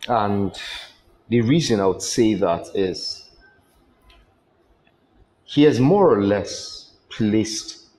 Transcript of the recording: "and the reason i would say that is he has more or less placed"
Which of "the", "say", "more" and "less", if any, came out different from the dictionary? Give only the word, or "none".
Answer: none